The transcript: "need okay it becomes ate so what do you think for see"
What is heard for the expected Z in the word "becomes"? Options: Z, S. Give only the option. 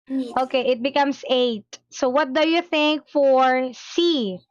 S